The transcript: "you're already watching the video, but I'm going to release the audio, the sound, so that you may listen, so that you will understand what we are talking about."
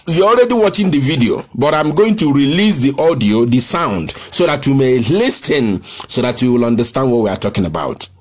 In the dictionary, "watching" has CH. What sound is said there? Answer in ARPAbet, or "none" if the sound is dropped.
CH